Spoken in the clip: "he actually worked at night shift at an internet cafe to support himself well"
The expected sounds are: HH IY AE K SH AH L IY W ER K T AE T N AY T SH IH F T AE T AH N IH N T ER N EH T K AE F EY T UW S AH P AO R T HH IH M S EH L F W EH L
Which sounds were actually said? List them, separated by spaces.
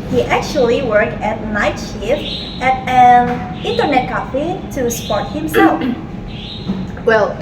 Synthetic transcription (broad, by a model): HH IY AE K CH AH L IY W ER K T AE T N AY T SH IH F AE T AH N IH N T ER N EH T K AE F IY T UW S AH P AO R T HH IH M S EH L F W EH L